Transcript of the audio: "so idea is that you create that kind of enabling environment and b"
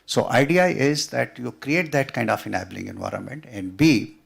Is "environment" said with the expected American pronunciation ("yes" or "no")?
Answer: yes